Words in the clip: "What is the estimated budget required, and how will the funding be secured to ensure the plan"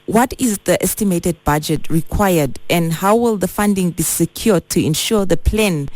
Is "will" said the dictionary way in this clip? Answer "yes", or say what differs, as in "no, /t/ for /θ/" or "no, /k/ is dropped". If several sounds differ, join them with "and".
yes